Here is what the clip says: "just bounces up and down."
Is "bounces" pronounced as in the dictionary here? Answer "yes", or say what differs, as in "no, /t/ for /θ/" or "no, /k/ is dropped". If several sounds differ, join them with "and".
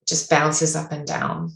no, /l/ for /n/